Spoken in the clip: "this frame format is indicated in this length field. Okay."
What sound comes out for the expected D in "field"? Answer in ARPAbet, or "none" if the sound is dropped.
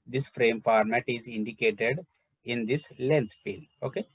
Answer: none